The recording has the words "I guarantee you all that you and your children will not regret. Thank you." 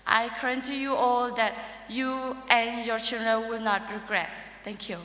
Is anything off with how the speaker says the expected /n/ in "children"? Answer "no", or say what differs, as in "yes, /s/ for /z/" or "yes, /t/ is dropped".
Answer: yes, /l/ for /n/